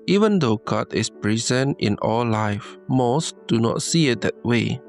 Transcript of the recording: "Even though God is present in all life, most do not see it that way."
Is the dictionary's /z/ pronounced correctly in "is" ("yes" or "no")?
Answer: no